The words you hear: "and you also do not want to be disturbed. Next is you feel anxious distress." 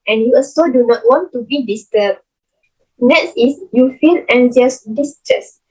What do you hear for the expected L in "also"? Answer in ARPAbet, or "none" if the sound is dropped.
none